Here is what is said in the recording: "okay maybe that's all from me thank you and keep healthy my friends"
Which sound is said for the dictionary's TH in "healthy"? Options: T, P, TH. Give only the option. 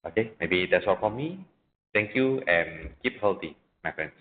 T